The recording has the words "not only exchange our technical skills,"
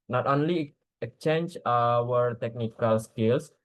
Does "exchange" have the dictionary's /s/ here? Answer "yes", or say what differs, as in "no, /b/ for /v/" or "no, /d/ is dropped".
no, /s/ is dropped